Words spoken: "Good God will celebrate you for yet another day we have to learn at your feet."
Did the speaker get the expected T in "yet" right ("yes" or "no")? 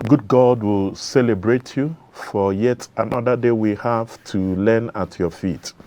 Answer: yes